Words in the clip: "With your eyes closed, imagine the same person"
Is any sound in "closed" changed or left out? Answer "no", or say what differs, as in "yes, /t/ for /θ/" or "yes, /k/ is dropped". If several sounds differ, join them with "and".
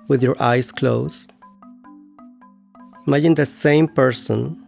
yes, /d/ is dropped